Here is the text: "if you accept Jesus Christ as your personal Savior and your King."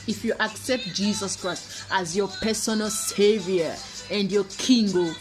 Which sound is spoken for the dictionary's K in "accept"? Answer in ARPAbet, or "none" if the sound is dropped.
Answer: K